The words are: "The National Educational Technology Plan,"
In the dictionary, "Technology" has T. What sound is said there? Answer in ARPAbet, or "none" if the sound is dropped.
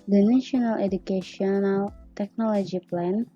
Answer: T